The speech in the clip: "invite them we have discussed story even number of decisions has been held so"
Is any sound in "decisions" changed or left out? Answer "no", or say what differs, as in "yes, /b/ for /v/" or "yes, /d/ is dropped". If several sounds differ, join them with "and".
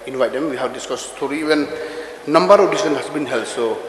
yes, /s/ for /ʒ/ and /z/ is dropped